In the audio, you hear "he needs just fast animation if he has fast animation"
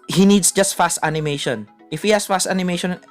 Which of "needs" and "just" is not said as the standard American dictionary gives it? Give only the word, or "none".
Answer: needs